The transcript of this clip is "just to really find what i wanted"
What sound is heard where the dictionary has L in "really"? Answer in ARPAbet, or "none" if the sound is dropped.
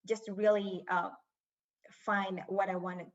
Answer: none